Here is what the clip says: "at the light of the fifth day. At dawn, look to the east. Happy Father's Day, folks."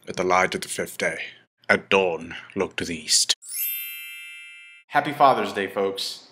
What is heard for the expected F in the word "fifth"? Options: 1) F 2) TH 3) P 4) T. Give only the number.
1